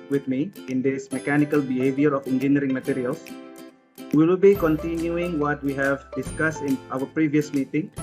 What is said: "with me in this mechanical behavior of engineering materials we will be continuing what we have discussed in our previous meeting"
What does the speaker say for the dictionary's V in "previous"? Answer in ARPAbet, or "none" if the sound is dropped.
V